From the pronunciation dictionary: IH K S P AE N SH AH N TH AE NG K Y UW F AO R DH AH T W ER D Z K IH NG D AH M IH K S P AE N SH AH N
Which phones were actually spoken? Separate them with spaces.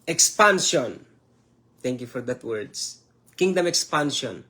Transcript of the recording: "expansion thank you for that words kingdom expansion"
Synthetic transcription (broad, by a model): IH K S P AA N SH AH N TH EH NG K Y UW F AO R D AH T W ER D S K IH NG D AH M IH K S P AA N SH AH N